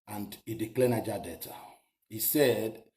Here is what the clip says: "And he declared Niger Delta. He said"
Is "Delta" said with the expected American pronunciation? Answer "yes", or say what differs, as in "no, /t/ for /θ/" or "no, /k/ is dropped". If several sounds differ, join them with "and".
no, /l/ is dropped